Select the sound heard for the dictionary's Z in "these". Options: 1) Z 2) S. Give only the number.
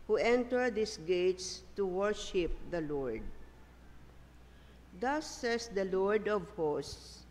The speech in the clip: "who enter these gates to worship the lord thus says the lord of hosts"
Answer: 2